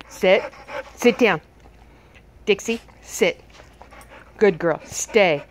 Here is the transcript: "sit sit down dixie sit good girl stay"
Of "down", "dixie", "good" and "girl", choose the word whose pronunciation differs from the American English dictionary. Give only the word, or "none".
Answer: none